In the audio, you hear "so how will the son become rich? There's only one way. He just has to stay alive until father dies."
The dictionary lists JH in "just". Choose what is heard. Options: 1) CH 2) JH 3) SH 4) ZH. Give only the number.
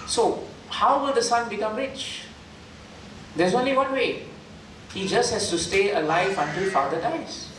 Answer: 2